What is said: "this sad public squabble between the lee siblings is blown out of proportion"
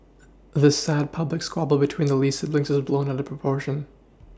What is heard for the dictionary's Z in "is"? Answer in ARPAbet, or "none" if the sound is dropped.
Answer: Z